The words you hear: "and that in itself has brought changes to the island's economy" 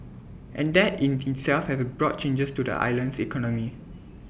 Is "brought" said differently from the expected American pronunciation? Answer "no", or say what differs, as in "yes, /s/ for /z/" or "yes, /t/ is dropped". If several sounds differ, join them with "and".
no